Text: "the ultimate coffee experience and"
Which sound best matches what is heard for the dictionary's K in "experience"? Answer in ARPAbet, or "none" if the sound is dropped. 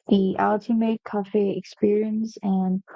K